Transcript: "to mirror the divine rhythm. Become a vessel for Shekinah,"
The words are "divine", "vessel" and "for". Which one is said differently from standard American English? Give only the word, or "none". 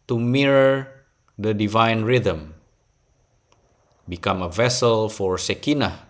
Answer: none